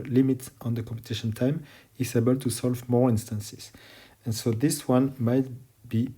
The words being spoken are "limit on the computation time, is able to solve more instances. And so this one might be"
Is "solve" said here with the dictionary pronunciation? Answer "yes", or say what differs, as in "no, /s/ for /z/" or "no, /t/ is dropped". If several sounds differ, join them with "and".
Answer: yes